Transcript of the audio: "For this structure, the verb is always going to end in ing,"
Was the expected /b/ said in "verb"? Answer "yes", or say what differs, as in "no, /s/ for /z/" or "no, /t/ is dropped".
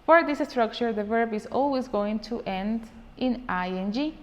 yes